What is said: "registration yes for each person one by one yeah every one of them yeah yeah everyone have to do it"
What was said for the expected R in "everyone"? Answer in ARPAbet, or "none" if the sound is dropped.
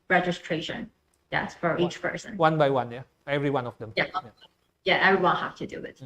R